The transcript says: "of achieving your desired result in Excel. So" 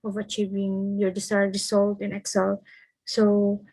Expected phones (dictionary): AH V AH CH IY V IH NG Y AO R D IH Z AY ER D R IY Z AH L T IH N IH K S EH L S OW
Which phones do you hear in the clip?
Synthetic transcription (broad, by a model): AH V AH CH IY V IH NG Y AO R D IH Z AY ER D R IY S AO L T IH N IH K S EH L S OW